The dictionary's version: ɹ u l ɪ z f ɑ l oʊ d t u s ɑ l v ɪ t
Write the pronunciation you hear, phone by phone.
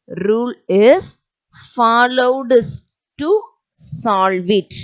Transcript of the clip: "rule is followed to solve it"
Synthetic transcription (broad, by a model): ɹ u l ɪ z f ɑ l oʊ d t u s ɑ l v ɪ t